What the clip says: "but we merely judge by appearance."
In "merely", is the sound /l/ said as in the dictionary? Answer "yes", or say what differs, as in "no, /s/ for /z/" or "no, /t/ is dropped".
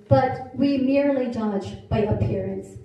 yes